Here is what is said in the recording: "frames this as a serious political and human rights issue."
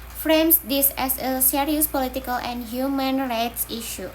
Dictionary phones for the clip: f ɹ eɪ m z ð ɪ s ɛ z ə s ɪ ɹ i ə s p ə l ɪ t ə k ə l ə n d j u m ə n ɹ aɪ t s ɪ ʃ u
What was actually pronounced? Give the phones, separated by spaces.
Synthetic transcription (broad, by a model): f ɹ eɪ m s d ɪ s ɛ s ə s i ɹ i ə s p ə l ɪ t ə k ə l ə n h j u m ə n ɹ aɪ t s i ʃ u